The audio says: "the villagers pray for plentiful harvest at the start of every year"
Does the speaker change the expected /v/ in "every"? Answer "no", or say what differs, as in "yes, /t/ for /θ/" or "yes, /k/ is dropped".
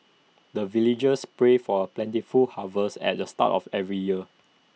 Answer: no